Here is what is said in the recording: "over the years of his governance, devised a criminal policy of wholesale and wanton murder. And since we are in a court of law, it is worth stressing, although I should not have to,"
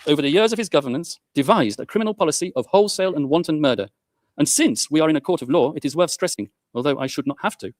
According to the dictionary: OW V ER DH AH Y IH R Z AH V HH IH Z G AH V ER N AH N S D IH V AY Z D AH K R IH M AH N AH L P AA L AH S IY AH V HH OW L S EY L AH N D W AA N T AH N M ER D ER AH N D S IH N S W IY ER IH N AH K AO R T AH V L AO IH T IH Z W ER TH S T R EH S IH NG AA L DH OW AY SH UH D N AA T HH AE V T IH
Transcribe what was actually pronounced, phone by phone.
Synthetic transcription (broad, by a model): OW V ER DH AH Y IH R Z AH V IH Z G AH V ER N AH N S D IH V AY Z D AH K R IH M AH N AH L P AA L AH S IY AH V HH OW L S EY L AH N W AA N T N M ER D ER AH N S IH N S W IY ER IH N AH K AO R T AH V L AO IH T IH Z W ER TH S T R EH S IH NG AA L DH OW AY SH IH D N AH T HH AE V T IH